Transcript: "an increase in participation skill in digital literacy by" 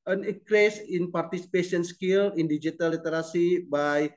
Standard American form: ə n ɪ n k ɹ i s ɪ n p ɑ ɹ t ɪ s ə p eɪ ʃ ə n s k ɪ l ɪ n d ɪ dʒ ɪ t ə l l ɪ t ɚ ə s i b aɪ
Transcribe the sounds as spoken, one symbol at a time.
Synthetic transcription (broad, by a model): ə n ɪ k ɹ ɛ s ɪ n p ɑ ɹ t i s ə p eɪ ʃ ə n s k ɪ l ɪ n d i dʒ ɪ t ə l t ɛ t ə s i b aɪ